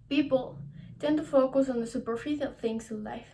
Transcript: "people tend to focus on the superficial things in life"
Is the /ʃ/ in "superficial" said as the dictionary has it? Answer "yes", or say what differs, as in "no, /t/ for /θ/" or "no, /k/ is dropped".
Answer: no, /ʃ/ is dropped